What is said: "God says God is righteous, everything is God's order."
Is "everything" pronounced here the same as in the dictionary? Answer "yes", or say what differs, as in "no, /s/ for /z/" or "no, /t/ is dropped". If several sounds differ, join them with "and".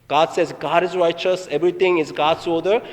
no, /t/ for /θ/